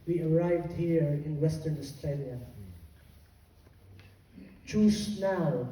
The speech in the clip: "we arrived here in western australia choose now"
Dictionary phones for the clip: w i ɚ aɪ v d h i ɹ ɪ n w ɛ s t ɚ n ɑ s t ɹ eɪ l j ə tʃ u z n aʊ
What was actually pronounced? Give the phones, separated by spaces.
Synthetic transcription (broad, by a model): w i ɚ aɪ v d h i ɹ ɪ n w ɛ s t ɚ n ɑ s t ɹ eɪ l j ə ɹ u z n aʊ